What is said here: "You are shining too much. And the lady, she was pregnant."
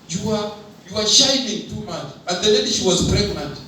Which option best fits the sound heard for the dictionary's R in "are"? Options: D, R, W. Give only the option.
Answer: W